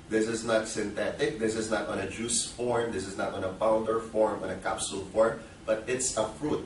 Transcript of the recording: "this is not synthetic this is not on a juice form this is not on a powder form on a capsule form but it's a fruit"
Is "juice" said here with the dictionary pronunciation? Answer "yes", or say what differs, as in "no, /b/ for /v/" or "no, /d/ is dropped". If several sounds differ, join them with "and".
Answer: yes